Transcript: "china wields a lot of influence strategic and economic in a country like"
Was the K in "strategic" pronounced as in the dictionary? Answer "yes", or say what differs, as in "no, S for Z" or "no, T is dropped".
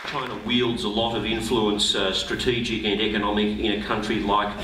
yes